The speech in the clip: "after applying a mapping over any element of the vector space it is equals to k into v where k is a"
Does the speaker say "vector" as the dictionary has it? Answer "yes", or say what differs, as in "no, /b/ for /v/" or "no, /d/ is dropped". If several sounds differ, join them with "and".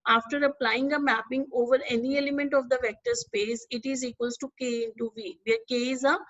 yes